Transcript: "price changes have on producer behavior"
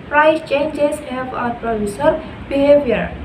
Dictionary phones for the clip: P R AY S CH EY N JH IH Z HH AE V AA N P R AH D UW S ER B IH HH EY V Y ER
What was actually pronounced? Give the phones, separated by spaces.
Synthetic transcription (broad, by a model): P R AY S CH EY N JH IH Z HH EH P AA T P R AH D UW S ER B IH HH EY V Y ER